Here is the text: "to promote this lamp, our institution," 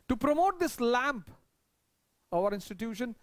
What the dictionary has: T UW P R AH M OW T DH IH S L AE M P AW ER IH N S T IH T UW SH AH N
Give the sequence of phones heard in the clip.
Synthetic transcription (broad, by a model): T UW P R AH M OW T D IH S L AE M P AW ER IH N S T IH T UW SH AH N